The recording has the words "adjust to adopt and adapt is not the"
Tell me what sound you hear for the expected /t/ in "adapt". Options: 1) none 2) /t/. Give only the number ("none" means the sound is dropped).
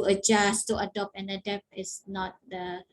1